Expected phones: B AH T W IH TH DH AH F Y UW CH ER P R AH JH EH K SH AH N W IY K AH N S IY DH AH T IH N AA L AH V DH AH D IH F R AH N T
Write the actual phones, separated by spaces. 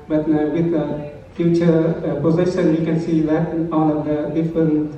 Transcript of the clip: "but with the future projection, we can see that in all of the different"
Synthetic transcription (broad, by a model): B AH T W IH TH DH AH F Y UW CH ER P AH Z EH SH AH N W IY K AH N S IY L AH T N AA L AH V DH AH D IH F R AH N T